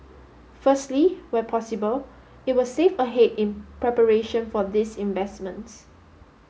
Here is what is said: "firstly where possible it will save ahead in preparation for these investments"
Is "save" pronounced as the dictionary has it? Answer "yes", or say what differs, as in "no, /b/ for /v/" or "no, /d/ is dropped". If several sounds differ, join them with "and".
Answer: no, /f/ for /v/